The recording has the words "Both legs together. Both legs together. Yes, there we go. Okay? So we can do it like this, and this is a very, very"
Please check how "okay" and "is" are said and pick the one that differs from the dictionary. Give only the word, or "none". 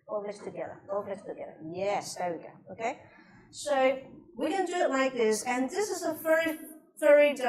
none